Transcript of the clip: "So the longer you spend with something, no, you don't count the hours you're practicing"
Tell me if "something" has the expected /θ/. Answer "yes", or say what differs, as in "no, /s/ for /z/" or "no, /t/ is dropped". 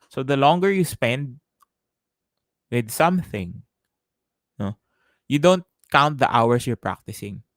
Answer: yes